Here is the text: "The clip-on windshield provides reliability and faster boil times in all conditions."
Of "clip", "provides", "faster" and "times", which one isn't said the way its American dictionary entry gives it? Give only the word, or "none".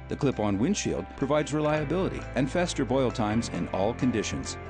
none